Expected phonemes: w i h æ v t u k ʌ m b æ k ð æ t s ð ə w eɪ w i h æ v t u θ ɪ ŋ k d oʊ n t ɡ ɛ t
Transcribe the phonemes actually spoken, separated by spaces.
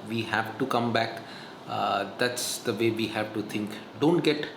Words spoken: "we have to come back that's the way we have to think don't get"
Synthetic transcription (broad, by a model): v i h æ v t u k ʌ m b æ k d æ t s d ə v eɪ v i h æ v t u t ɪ ŋ k d oʊ n t ɡ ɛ t